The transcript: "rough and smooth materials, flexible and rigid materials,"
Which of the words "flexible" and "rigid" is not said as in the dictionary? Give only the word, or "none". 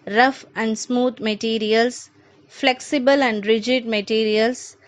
none